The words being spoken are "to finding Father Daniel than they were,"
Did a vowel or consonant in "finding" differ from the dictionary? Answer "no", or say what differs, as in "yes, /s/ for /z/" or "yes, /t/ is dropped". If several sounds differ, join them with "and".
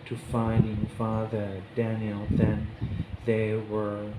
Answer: yes, /n/ is dropped